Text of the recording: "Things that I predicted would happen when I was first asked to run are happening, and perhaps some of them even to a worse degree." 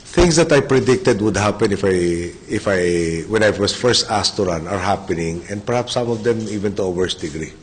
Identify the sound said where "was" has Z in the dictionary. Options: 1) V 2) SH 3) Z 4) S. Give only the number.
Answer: 4